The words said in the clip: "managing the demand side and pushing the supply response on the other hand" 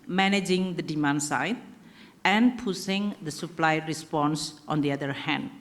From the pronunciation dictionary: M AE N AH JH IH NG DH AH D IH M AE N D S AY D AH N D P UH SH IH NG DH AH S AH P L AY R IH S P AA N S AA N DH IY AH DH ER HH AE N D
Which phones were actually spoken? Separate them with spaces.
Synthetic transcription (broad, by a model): M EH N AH JH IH NG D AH D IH M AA N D S AY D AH N P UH S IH NG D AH S AH P L AY R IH S P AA N S AA N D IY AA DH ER HH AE N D